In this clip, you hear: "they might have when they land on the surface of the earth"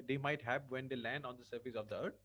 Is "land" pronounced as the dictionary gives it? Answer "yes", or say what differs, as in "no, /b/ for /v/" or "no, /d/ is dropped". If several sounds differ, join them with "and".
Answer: yes